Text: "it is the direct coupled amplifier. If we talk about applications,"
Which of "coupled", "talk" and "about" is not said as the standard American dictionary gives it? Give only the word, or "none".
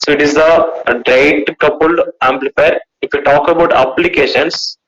coupled